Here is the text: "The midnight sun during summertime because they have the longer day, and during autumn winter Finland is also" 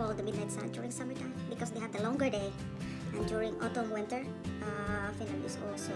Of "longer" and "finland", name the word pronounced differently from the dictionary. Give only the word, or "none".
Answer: finland